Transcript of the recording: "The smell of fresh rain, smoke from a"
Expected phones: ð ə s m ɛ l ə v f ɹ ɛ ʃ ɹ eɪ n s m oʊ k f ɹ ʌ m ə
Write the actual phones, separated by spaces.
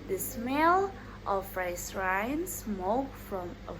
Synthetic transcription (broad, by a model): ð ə s m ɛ l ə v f ɹ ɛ s ɹ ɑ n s m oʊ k f ɹ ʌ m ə